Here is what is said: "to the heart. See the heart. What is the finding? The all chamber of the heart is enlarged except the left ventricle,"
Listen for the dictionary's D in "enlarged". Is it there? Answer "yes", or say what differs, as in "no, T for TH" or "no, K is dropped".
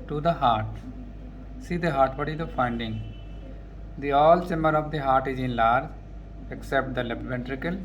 no, D is dropped